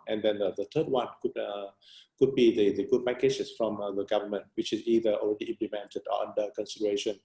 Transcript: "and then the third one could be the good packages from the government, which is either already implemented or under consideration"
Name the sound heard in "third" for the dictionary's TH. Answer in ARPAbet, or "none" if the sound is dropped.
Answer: T